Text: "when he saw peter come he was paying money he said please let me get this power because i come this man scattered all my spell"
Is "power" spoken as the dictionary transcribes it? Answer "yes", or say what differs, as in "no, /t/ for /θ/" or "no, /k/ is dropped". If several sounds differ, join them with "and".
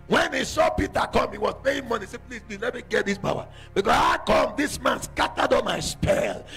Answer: no, /b/ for /p/